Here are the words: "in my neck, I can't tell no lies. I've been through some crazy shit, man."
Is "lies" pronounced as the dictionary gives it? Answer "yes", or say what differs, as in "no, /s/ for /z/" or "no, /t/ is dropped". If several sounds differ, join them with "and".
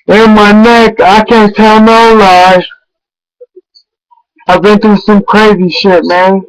no, /z/ is dropped